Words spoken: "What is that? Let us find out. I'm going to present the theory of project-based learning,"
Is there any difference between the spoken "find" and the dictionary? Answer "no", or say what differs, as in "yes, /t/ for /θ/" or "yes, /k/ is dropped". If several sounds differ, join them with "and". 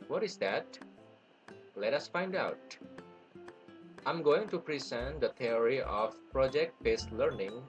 no